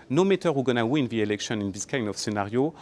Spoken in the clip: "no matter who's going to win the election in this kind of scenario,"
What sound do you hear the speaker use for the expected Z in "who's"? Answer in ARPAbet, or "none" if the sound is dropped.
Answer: none